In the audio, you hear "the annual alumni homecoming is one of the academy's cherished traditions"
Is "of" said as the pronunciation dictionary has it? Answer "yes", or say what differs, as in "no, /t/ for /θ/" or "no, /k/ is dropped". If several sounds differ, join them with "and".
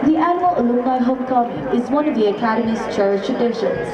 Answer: yes